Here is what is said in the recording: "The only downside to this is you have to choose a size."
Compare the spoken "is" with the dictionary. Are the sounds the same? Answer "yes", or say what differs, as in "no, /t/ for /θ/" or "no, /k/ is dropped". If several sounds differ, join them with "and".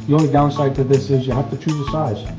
yes